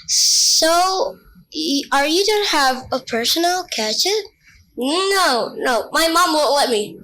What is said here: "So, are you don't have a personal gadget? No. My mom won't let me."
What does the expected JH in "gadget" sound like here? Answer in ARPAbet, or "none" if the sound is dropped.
CH